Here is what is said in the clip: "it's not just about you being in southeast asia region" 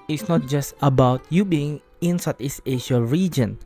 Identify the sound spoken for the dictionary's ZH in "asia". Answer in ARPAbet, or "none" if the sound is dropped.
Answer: SH